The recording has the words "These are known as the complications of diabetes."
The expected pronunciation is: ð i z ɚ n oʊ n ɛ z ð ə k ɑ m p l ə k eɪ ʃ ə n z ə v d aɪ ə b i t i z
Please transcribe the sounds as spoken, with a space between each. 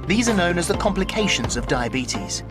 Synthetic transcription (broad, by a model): ð i z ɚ n oʊ n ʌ z ð ə k ɑ m p l ə k eɪ ʃ ə n z ə v d aɪ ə b i t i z